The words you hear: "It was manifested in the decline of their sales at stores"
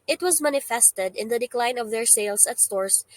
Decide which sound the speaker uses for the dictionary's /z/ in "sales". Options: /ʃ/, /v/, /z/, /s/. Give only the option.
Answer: /s/